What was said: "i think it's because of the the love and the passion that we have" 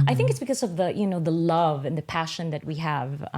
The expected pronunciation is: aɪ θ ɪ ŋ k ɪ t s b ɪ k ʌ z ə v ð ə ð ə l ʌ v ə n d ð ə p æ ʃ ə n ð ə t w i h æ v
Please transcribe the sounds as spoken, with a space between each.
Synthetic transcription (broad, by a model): aɪ θ ɪ ŋ k ɪ t s b ɪ k ʌ z ə v ð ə ð ə l ʌ v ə n ð ə p æ ʃ ə n ð ə t w i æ v